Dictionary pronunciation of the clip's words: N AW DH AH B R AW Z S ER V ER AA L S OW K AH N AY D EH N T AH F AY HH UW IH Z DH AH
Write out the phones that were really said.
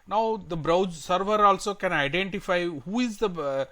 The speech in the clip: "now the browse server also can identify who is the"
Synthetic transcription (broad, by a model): N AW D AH B R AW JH S ER V ER AA L S OW K AH N AY D EH N T AH F AY HH UW IH Z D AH